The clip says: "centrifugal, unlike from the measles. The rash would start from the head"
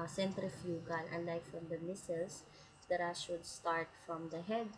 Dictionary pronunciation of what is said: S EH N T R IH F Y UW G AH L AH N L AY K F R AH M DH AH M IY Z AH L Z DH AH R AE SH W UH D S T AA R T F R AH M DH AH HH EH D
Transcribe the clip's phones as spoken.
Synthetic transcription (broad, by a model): S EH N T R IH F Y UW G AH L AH L AY F R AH M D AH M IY S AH L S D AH R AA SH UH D S T AA R T F R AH M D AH HH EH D